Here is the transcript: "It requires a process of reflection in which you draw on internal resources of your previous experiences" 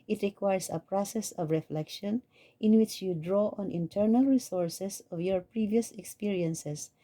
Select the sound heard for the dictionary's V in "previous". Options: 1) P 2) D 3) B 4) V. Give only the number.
4